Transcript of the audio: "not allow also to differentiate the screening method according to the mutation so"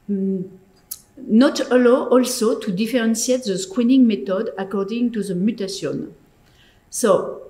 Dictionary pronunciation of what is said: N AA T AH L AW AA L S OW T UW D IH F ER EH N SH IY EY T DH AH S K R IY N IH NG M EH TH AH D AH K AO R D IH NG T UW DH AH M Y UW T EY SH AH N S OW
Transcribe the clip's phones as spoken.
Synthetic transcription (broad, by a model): N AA T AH L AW AA L S OW T UW D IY F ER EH N S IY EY T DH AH S K W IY N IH NG M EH T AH D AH K AO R D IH NG T UW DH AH M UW T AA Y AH N S OW